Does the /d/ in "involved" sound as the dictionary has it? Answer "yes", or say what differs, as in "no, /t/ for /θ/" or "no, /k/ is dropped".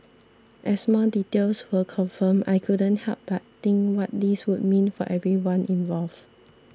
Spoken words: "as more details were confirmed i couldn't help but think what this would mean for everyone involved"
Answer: no, /d/ is dropped